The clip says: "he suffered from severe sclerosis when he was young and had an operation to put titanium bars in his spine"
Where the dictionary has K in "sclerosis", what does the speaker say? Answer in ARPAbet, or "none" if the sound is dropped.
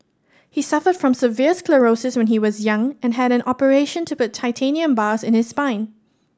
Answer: K